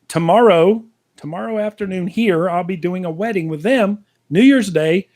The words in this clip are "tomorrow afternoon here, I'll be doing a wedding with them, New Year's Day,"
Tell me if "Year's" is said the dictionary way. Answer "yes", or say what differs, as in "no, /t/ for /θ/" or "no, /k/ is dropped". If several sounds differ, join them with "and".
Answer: yes